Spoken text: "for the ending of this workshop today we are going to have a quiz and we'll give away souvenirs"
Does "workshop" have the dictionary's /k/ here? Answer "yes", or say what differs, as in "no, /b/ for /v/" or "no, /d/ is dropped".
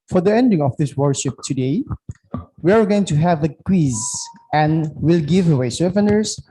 no, /k/ is dropped